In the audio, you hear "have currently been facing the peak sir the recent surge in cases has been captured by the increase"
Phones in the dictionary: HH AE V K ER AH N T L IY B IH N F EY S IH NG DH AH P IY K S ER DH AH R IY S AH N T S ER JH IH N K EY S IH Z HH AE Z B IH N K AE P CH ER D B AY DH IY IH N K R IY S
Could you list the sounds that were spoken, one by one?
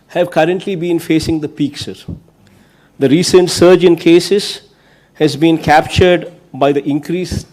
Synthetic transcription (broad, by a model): HH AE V K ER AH N T L IY B IH N F EY S IH NG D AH P IY K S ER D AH R IY S AH N T S ER JH IH N K EY S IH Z HH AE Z B IH N K AE P CH ER D B AY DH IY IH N K R IY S